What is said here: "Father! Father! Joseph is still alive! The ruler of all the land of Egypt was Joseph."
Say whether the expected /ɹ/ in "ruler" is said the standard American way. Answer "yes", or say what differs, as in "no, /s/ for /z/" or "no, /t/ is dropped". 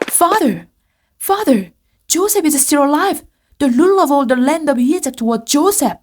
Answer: no, /l/ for /ɹ/